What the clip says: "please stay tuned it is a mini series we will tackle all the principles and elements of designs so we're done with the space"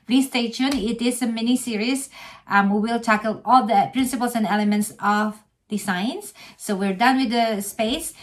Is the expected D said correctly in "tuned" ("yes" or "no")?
no